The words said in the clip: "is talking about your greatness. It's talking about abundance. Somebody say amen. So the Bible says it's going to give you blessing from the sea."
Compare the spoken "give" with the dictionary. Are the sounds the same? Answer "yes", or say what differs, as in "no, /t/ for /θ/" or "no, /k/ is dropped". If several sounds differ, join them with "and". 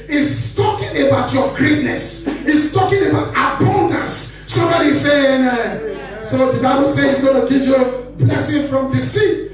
no, /p/ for /v/